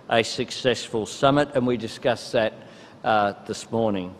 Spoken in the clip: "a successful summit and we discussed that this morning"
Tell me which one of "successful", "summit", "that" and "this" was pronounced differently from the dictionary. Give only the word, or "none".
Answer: none